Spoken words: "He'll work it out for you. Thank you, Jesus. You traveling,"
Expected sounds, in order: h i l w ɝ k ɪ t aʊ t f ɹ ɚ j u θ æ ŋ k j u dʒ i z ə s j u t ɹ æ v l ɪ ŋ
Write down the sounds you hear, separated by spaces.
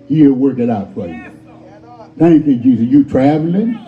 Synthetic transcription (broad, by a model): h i w ɝ k ɪ t aʊ t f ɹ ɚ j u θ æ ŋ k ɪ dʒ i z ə j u t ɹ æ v l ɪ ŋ